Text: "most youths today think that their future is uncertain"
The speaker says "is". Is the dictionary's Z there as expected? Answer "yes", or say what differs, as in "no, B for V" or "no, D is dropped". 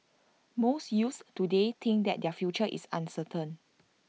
no, S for Z